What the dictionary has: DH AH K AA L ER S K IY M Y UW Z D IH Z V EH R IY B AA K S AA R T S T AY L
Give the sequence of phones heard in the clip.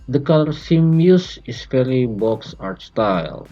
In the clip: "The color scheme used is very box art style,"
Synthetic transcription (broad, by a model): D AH K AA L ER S IY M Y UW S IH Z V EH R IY B AA K S AA R T S T AY L